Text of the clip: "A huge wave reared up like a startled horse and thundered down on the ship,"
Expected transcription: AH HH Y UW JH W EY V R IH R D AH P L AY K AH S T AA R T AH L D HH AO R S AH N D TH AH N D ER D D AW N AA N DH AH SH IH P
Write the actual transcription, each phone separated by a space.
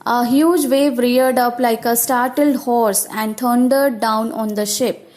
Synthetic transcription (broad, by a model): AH HH Y UW JH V EY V R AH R D AH P L AY K AH S T AA R T AH L D HH AO R S AH N D T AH N D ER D D AW N AA N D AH SH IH P